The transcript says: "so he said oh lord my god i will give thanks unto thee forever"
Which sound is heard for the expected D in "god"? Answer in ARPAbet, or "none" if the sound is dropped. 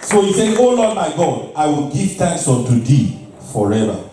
D